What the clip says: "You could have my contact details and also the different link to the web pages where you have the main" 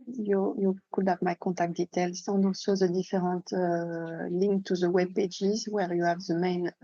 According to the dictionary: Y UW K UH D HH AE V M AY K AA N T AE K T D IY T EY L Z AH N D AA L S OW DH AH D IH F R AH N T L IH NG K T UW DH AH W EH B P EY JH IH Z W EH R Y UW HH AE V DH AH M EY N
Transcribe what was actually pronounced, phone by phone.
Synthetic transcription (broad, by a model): Y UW K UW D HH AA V M AY K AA T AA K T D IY T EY L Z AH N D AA S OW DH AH D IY F R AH T L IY NG K T UW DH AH W EH B P EY JH IH Z W EH R Y UW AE V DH AH M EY N